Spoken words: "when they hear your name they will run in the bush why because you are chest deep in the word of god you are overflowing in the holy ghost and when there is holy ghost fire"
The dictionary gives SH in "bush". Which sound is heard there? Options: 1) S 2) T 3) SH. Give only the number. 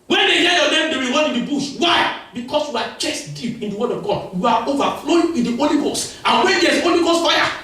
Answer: 1